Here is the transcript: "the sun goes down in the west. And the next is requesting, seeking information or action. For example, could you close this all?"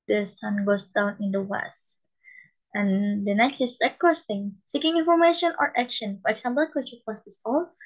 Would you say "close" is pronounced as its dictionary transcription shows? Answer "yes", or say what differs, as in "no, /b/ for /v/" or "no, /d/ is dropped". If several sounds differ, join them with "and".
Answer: no, /l/ is dropped